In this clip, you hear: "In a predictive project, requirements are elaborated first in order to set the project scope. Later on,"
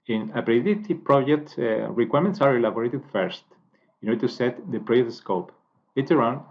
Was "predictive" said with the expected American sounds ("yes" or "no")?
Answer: no